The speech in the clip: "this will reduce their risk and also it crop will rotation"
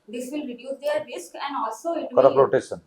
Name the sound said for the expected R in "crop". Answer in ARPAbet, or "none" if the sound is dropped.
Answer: none